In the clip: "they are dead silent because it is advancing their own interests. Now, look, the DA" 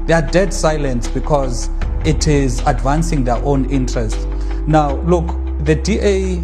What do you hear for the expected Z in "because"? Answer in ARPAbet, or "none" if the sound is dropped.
Z